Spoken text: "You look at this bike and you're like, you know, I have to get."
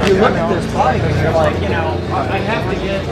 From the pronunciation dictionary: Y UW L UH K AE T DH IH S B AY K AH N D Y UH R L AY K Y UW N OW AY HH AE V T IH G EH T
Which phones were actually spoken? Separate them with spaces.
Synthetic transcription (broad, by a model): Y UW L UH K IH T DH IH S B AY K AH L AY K Y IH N OW AY HH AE F T IH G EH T